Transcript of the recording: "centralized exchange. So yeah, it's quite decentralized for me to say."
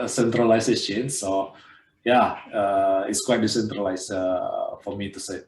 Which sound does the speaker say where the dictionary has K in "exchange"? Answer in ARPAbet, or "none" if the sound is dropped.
none